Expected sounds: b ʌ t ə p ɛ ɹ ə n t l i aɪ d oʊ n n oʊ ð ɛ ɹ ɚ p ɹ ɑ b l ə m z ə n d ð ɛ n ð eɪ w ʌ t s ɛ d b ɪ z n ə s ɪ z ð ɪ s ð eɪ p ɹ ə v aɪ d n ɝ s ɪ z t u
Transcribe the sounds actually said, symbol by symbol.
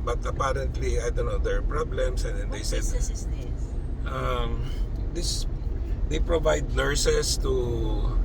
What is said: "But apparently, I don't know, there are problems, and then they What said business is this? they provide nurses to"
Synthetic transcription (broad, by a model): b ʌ t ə p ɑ ɹ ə n t l i aɪ d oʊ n n oʊ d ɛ ɹ p ɹ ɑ b l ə m s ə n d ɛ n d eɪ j s ɛ d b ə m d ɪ s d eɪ p ɹ ə v aɪ d n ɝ s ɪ s t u